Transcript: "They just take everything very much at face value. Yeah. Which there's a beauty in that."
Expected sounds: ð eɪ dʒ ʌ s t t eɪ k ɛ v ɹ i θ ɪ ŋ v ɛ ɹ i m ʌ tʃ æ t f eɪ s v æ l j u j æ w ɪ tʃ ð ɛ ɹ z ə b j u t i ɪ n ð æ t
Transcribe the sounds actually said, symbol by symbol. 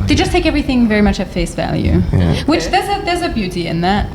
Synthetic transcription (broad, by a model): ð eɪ dʒ ʌ s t t eɪ k ɛ v ɹ i θ ɪ ŋ v ɛ ɹ i m ʌ tʃ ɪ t f eɪ s v æ l j u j w ɪ tʃ ð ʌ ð z ə b j u t i ɪ n ð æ t